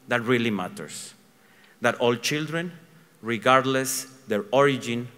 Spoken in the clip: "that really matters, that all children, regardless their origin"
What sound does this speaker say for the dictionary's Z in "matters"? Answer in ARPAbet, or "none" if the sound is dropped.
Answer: S